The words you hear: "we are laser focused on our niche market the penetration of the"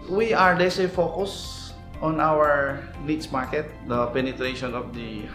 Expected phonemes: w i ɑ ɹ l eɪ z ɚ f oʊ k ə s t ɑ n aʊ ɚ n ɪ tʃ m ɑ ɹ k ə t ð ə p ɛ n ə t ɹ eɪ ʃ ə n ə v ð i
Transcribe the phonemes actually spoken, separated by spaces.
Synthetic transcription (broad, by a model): w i ɑ ɹ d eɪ s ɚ f oʊ k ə s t ɑ n aʊ ɚ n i s m ɑ ɹ k ə t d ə p ɛ n ə t ɹ eɪ ʃ ə n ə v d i